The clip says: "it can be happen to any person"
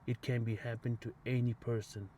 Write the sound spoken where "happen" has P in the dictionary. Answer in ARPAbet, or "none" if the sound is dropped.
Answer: P